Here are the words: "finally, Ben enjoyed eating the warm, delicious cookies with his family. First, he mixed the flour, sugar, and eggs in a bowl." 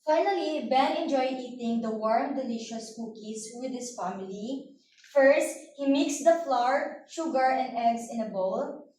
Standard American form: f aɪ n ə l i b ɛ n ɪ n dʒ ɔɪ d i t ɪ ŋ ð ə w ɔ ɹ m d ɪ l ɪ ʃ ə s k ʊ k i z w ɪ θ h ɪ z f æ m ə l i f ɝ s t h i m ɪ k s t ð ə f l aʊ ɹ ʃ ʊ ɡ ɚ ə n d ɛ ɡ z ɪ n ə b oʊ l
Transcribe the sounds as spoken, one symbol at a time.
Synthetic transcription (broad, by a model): f aɪ n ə l i b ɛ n ɪ n dʒ ɔɪ d i t ɪ ŋ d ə w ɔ ɹ m d ɪ l ɪ ʃ ə s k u k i s w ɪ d h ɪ s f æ m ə l i f ɝ s t h i m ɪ k s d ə f l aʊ ɹ ʃ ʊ ɡ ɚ ə n d ɛ ɡ s ɪ n ə b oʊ l